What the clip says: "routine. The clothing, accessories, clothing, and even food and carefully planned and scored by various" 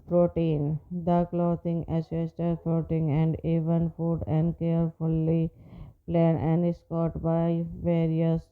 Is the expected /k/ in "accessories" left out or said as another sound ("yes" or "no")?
yes